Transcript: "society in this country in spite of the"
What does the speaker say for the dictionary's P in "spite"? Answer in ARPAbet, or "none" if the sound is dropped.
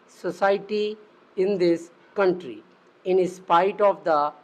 P